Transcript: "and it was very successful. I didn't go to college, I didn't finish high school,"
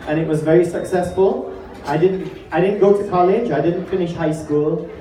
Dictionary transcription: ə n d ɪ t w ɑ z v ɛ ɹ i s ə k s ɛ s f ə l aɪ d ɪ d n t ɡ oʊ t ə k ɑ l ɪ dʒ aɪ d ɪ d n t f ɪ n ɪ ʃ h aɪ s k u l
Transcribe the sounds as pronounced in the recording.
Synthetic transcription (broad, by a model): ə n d ɪ t w ɑ z v ɛ ɹ i s ə k s ɛ s f ə l aɪ d ɪ d n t ɡ oʊ t ə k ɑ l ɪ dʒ aɪ d ɪ d n t f ɪ n ɪ ʃ h aɪ s k u l